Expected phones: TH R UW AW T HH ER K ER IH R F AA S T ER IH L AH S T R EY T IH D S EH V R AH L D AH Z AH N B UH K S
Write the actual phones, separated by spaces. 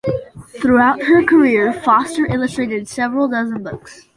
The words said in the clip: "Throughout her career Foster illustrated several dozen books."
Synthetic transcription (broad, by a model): TH R UW AW T HH ER K ER IH R F AA S T ER IH L AH S T R EY T IH D S EH V R AH L D AH Z AH N B UH K S